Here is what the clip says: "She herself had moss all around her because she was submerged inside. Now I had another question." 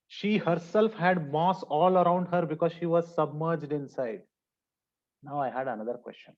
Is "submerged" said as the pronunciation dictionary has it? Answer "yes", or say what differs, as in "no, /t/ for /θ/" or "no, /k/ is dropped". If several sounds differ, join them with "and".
yes